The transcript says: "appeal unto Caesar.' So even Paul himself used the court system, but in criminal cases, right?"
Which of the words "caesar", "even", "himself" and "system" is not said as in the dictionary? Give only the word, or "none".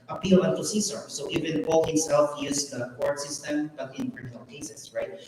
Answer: caesar